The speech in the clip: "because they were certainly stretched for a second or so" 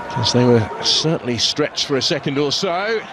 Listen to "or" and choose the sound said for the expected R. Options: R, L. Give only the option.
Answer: L